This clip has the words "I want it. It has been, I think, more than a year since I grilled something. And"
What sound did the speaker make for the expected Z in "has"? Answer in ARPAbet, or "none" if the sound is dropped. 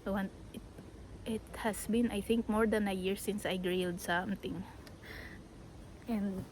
S